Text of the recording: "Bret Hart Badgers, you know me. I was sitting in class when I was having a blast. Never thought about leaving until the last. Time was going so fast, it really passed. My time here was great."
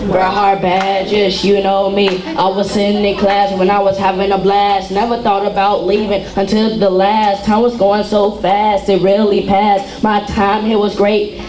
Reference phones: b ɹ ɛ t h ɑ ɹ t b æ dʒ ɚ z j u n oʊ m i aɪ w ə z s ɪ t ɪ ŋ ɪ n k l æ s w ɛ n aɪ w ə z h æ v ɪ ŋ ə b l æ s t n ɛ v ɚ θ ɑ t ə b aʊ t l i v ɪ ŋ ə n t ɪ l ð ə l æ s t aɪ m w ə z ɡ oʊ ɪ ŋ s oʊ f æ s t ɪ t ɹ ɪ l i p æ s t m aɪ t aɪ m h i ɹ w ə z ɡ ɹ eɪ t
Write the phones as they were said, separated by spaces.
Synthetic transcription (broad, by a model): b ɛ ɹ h ɑ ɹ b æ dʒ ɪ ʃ j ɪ n oʊ m i aɪ w ə z s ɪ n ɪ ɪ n k l æ s w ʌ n aɪ w ə z h æ v ɪ ŋ ə b l æ s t n ɛ v ɚ θ ɑ t ə b aʊ t l i v ɪ ŋ ə n t ɪ l ð ə l æ s t aɪ m w ə z ɡ oʊ ɪ ŋ s oʊ f æ s t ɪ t ɹ ɪ l i p æ s t m aɪ t aɪ m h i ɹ w ə z ɡ ɹ eɪ t